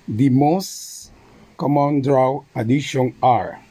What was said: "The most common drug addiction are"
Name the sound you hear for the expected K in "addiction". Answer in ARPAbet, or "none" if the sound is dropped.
none